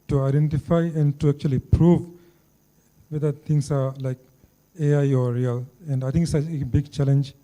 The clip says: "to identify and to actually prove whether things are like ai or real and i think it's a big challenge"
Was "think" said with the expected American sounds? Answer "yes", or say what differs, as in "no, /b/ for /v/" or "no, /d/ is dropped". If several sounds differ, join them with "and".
no, /t/ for /θ/